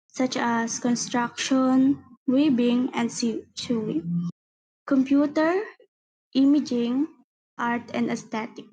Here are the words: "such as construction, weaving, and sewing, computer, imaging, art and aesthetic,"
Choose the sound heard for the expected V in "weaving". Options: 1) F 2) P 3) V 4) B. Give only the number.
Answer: 4